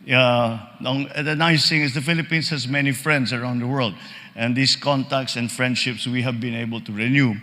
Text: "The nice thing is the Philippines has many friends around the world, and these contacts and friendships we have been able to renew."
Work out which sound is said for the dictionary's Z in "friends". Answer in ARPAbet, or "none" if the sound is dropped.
S